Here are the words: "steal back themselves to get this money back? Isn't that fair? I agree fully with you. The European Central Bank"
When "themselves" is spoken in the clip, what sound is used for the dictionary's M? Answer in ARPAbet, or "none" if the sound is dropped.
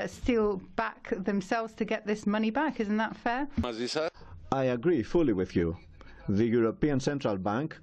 M